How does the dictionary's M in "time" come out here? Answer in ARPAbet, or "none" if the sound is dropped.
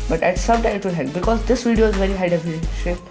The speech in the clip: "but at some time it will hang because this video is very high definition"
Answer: none